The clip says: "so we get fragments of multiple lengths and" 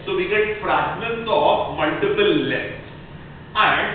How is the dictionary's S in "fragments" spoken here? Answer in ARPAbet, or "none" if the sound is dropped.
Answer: none